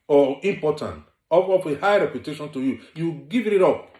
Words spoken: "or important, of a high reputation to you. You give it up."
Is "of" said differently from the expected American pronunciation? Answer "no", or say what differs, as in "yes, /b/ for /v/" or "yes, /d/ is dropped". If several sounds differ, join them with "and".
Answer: yes, /w/ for /v/